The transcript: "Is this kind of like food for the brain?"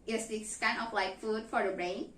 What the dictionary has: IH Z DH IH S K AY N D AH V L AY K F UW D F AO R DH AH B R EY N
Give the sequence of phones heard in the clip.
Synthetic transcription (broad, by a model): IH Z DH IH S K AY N AH P L AY K F UW D F AO R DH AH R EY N